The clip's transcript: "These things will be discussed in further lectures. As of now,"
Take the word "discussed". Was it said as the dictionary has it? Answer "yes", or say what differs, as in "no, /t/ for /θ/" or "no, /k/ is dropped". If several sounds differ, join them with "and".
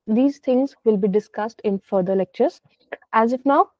yes